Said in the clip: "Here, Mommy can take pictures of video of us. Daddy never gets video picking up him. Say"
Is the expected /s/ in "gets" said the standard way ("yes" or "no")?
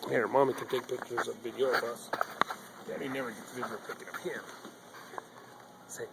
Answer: no